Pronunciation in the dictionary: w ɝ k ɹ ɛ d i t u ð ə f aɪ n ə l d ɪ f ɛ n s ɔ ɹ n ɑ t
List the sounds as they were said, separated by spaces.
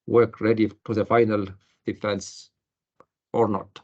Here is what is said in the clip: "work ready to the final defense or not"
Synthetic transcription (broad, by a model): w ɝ k ɹ ɛ d i t u ð ə f aɪ n ə l d ɪ f ɛ n s ɔ ɹ n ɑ t